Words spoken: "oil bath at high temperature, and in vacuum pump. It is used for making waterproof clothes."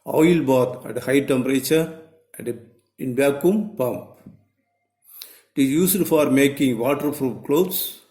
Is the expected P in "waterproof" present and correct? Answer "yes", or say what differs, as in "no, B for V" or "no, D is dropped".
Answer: no, F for P